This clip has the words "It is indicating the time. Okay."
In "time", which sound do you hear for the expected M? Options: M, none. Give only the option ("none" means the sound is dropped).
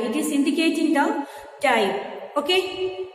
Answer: none